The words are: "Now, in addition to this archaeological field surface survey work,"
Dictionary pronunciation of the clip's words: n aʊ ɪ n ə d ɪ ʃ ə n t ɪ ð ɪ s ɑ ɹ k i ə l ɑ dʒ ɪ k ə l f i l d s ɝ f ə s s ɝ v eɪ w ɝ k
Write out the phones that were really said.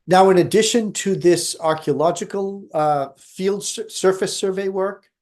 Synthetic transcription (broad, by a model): n aʊ ɪ n ə d ɪ ʃ ə n t ɪ ð ɪ s ɑ ɹ k i ə l ɑ dʒ ɪ k ə l f i l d s ɝ f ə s s ɝ v eɪ w ɝ k